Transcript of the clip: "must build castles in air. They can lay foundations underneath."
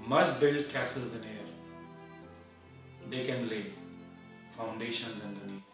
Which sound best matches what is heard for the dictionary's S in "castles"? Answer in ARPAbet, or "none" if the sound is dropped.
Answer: S